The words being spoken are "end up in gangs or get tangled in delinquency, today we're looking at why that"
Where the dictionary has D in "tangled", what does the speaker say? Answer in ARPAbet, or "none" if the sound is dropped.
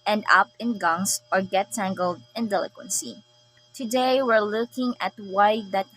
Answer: D